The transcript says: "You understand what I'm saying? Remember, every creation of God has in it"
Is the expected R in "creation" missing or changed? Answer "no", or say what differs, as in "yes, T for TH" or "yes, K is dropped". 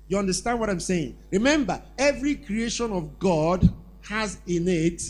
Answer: no